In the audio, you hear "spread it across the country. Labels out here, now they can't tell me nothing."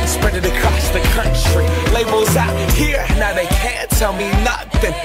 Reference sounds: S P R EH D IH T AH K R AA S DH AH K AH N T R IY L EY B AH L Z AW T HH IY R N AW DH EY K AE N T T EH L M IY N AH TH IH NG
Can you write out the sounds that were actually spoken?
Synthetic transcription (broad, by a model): S P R EH D IH T AH K R AA S DH AH K AH N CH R IY L EY B AH L Z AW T HH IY R N AW DH EY K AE N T T EH L M IY N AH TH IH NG